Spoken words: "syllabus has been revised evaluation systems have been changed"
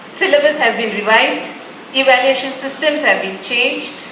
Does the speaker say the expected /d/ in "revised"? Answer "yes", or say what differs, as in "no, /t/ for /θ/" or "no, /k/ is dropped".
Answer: yes